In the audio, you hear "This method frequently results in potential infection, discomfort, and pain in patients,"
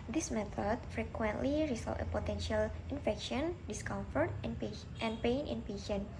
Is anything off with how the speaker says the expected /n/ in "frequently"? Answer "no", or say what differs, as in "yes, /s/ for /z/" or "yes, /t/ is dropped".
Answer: no